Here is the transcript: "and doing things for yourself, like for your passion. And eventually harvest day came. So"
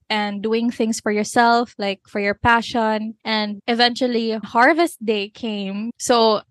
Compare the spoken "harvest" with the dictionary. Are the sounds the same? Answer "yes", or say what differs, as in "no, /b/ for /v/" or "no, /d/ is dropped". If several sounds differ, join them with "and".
yes